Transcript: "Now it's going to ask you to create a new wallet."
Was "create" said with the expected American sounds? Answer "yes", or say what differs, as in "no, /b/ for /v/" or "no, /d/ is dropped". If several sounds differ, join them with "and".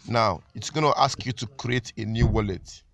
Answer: yes